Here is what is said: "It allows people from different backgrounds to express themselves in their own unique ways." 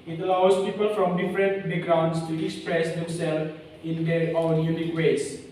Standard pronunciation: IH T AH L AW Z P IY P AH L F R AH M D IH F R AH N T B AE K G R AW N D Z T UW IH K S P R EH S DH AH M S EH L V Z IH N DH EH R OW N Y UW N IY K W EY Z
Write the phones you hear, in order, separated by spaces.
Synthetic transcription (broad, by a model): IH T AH L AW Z P IY P AH L F R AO M D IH F R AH N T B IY G R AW N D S T UW IH K S P R EH S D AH M S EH L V IH N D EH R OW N Y UW N IY K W EY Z